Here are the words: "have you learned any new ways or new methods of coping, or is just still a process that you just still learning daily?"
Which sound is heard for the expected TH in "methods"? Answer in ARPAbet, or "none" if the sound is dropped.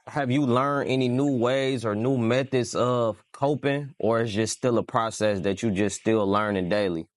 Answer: TH